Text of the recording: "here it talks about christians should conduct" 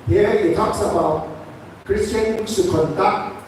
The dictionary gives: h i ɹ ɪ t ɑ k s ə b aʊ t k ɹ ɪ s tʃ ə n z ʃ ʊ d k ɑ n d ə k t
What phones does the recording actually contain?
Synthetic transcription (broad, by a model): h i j ɪ t ɑ k s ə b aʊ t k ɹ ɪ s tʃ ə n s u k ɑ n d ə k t